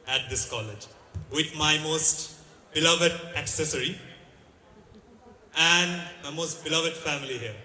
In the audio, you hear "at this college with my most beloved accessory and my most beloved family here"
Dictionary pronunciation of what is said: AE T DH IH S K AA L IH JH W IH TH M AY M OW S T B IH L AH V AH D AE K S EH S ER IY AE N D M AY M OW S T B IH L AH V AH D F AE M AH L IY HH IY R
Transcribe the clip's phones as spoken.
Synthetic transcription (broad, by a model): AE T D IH S K AA L IH JH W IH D M AY M OW S T B IH L AH V AH D AE K S EH S ER IY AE N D M AY M OW S T B IH L AH V AH D F AE M AH L IY HH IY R